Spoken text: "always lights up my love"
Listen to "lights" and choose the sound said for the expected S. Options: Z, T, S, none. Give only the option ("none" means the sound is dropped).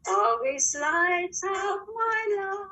none